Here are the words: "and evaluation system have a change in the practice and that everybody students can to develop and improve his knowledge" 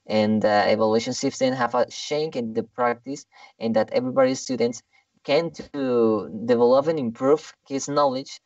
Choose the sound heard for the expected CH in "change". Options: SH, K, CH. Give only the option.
SH